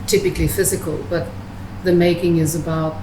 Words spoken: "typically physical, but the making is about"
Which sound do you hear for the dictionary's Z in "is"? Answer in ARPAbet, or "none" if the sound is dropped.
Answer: Z